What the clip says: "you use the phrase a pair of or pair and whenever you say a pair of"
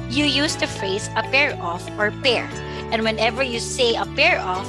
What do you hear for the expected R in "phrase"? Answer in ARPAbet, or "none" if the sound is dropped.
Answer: none